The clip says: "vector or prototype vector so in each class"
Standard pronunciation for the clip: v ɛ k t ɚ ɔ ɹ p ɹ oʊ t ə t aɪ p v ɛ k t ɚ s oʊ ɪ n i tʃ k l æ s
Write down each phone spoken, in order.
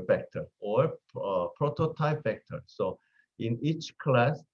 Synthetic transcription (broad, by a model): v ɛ k t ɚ ɔ ɹ p ɹ oʊ t ə t aɪ p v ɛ k t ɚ s oʊ ɪ n i tʃ k l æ s